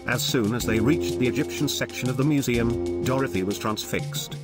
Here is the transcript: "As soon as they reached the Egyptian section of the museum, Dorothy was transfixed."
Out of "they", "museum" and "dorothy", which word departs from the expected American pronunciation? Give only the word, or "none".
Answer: none